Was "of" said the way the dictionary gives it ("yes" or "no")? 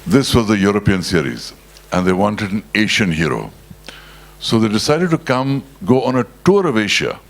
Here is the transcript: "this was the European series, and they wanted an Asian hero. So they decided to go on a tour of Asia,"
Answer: yes